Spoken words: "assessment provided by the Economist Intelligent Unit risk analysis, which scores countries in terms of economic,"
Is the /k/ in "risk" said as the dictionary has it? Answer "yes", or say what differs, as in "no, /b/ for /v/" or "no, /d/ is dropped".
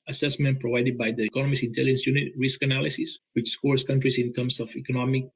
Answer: yes